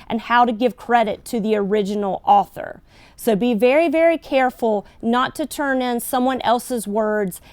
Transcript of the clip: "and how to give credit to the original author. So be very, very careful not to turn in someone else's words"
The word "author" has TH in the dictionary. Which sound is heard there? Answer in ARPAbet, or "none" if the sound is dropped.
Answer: TH